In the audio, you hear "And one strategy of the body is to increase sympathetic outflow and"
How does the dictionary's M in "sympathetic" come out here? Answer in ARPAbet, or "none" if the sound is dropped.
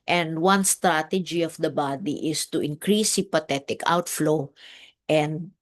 none